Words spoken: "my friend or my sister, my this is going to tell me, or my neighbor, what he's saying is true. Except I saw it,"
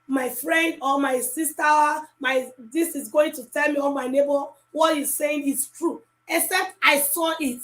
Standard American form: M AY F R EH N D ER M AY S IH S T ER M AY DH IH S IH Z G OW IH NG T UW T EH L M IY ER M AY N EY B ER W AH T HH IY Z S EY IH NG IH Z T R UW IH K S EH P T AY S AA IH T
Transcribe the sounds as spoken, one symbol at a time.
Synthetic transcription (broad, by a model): M AY F R EH N D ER M AY S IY S T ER M AY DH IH S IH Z G OW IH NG T UW T EH L M IY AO M AY N EY B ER W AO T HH IY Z S EY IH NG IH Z T R UW IH K S EH P T AY S AA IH T